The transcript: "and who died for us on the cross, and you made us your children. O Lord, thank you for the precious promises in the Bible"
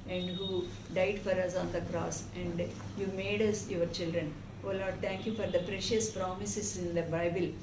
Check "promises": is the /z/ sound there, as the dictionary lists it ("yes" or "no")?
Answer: no